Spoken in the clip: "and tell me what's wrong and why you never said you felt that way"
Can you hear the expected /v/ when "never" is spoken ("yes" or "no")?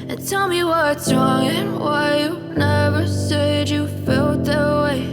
yes